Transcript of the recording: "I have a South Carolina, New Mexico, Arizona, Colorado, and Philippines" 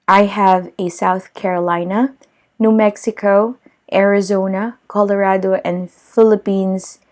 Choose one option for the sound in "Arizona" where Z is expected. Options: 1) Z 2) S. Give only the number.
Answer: 1